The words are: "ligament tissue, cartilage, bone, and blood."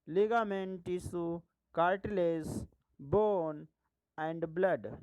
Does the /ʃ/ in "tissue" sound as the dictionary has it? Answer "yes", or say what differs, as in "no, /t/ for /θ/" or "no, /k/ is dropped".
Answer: no, /s/ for /ʃ/